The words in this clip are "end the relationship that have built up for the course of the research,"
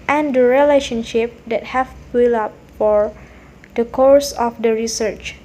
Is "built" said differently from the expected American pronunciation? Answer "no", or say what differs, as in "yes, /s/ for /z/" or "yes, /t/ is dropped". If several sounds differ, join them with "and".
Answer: yes, /t/ is dropped